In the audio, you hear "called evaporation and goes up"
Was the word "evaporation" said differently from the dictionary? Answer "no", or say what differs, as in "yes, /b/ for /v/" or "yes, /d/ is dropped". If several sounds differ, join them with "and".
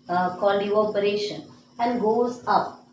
yes, /v/ is dropped